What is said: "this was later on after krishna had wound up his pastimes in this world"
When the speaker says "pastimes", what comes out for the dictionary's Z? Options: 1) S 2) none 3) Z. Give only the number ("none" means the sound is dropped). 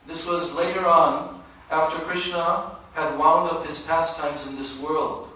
3